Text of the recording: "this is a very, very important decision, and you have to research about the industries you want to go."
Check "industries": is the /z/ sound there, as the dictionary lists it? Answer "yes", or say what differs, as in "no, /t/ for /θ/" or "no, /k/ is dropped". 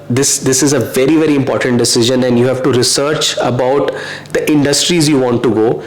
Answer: yes